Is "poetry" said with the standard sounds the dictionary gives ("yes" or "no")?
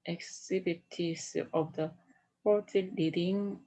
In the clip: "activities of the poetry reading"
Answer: no